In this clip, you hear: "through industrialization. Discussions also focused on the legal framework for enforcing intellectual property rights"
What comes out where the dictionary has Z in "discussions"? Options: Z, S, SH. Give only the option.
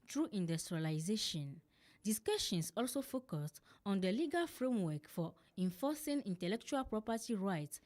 S